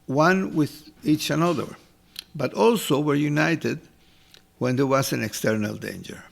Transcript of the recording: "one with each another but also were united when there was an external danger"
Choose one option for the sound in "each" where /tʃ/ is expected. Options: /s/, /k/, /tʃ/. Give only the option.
/tʃ/